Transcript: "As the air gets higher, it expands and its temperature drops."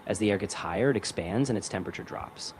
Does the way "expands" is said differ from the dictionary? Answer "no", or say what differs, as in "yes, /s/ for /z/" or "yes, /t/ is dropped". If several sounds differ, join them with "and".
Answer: no